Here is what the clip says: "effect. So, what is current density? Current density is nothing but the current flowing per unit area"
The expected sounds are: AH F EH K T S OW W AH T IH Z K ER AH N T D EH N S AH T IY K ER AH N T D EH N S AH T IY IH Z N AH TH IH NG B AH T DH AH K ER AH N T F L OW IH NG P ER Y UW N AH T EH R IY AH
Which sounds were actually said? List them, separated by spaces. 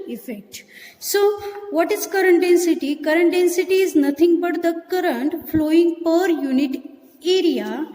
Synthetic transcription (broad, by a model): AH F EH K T S OW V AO T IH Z K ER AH N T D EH N S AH T IY K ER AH N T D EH N S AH T IY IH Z N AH T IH NG B AH T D AH K ER AH N T F L OW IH NG P ER Y UW N AH T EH R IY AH